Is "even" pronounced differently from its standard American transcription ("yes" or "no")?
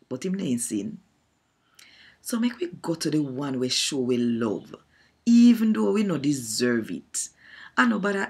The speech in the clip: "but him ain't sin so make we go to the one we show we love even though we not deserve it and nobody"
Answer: no